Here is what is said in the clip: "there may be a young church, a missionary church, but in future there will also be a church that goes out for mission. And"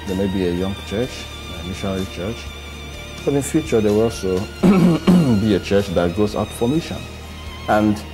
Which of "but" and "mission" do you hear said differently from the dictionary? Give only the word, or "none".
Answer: none